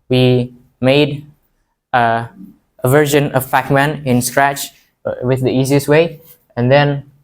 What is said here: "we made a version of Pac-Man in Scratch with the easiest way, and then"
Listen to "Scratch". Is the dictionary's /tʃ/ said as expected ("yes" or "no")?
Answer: yes